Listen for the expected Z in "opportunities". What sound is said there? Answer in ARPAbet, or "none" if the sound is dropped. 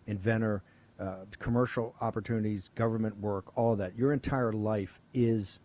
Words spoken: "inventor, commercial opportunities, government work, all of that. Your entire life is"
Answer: Z